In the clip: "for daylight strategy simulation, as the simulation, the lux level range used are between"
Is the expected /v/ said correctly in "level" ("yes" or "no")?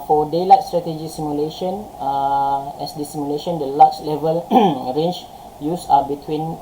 yes